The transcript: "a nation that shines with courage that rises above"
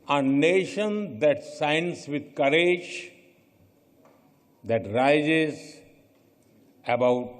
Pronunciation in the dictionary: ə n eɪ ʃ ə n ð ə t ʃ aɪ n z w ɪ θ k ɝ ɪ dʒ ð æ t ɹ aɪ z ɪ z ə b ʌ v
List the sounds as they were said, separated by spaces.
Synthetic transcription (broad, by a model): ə n eɪ ʃ ə n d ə t s aɪ n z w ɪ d k ɝ ɪ dʒ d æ t ɹ aɪ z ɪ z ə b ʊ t